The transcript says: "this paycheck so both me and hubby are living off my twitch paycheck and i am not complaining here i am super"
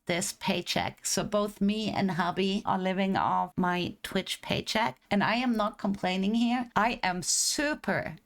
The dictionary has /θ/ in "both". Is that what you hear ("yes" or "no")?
yes